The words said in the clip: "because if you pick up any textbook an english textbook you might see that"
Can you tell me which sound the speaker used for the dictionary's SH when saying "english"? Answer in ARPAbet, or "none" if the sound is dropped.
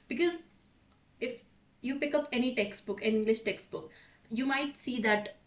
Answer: SH